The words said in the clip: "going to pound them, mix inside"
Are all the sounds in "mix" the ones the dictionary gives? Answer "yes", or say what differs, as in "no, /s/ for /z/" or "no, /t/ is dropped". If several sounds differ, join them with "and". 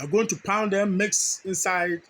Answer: yes